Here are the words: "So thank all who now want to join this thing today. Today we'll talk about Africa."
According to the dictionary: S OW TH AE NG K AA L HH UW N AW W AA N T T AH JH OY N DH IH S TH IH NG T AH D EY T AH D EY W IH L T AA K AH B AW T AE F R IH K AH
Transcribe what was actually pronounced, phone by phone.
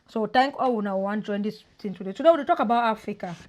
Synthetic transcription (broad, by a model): S OW T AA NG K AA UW N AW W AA N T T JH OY N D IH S T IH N T AH D EY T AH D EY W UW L T AA K AH B AW T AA F R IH K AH